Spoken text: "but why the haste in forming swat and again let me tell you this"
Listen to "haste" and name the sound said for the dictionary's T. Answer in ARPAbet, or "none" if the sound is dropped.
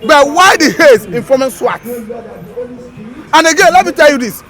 none